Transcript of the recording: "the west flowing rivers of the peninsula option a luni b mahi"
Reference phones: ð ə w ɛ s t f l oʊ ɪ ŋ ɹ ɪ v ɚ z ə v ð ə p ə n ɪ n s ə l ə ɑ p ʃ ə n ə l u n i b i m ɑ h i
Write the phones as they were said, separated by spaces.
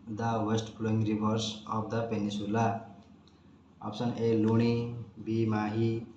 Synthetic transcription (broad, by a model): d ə w ɛ s t p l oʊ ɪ ŋ ɹ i b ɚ s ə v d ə p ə n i s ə l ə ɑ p s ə n ə l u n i b i m ɑ h i